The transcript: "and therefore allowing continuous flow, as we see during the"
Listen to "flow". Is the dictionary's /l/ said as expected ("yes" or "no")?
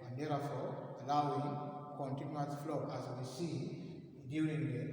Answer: yes